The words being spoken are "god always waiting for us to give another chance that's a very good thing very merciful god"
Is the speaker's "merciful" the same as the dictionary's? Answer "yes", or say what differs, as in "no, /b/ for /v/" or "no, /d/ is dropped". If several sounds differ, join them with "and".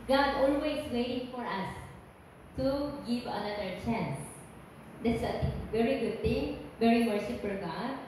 no, /p/ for /f/